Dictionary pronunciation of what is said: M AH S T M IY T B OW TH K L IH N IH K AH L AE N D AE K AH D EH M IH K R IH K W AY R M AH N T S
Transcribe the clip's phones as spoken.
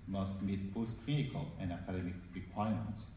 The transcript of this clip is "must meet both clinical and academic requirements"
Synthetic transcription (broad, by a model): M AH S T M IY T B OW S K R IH IH K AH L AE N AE K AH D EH M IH K R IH K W AY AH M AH N T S